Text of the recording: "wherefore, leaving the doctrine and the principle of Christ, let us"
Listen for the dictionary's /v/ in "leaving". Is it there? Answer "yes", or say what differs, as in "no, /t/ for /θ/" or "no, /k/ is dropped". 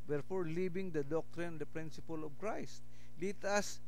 no, /b/ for /v/